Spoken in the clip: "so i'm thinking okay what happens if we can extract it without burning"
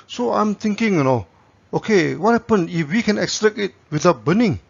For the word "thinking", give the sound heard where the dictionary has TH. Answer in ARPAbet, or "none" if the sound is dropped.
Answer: T